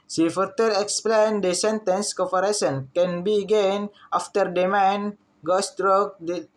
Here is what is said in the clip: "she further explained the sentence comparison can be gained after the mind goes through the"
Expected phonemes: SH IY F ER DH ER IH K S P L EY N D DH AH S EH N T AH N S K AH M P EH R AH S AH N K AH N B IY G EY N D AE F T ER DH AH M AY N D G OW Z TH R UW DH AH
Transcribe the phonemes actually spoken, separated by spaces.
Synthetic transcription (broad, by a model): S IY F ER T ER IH K S P L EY N D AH S EH N T AH N S K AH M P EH R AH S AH N K AH N B IY G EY N AA F T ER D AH M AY N G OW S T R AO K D